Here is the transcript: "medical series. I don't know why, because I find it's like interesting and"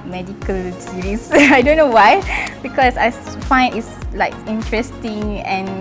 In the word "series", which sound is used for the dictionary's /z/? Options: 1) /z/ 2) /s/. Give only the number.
2